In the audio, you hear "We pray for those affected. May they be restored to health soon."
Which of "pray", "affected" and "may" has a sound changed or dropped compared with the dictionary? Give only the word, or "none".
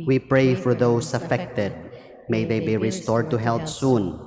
none